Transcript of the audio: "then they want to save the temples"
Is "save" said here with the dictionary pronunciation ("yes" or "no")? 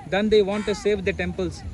yes